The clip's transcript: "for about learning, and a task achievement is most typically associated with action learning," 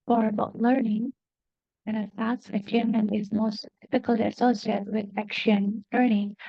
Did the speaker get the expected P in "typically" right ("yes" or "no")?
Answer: no